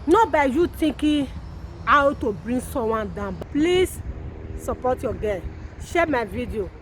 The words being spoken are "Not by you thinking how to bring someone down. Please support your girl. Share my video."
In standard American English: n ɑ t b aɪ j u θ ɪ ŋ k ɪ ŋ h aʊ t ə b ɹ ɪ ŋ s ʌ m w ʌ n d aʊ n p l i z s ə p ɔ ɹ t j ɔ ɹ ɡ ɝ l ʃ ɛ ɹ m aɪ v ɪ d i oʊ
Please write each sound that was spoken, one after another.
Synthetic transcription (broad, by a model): n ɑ b aɪ j u t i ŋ k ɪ h aʊ t ə b ɹ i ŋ s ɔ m w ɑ n d aʊ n p l i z s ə p ɔ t j ɔ ɡ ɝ n ʃ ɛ m aɪ v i d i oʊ